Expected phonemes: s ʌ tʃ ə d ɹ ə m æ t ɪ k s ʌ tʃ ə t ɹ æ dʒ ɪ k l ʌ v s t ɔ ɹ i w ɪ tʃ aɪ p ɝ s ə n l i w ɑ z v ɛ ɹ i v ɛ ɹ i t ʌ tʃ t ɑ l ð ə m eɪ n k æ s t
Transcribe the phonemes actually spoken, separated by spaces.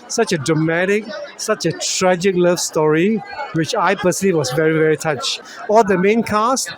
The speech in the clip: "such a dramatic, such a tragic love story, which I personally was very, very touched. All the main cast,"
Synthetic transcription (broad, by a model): s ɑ tʃ ə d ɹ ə m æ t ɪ k s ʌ tʃ ə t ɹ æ dʒ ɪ k l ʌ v s t ɔ ɹ i w ɪ tʃ aɪ p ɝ s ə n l i w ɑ s v ɛ ɹ i v ɛ ɹ i t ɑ tʃ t ɑ l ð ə m eɪ n k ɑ s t